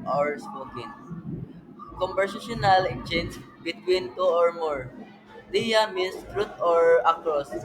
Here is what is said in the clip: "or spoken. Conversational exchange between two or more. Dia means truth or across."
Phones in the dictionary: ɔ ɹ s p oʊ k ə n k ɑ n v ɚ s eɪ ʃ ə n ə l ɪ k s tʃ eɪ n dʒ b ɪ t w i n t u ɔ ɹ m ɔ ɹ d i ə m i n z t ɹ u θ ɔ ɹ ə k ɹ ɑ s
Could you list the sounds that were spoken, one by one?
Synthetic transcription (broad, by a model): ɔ ɹ s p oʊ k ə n k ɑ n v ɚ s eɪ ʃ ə n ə l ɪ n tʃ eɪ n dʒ b ɪ t w i n t u ɔ ɹ m ɔ ɹ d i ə m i n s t ɹ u t ɔ ɹ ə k ɹ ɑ s